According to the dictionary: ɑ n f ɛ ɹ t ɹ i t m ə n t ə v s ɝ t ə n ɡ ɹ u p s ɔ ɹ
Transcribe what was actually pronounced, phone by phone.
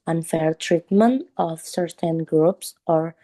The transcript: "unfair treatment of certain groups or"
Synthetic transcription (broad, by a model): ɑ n f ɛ ɹ t ɹ i t m ə n t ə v s ɝ t ə n ɡ ɹ u p s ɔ ɹ